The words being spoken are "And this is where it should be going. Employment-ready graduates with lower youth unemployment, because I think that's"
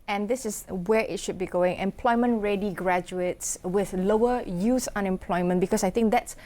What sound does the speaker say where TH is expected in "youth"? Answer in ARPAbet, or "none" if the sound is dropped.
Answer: S